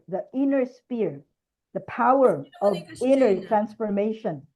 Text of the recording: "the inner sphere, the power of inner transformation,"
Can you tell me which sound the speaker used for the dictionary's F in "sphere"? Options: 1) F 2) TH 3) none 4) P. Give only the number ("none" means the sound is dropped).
4